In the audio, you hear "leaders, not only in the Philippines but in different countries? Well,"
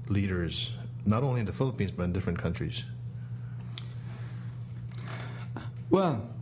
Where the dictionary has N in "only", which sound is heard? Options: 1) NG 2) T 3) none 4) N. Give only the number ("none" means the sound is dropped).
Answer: 3